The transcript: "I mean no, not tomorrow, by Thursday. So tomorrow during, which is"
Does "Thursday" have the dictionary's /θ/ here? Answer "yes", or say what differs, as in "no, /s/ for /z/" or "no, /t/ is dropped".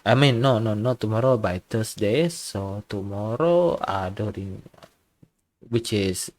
no, /t/ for /θ/